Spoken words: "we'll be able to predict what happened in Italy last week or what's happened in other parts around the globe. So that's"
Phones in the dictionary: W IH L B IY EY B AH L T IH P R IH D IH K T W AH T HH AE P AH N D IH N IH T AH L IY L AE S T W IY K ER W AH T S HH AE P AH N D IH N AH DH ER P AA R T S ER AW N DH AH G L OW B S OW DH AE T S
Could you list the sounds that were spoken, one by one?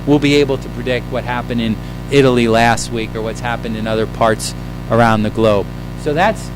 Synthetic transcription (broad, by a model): W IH L B IY EY B L T IH P R IH D IH K T W AH T HH AE P AH N D IH N IH T L IY L AE S T W IY K ER W AH T S HH AE P AH N D IH N AH DH ER P AA R T S ER AW N DH AH G L OW B S OW DH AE T S